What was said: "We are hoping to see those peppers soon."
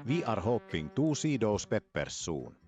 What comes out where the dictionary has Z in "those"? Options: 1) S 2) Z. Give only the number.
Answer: 1